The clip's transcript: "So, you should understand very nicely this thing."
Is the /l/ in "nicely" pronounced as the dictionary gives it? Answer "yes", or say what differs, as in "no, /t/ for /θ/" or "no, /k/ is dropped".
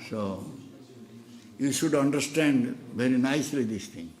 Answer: yes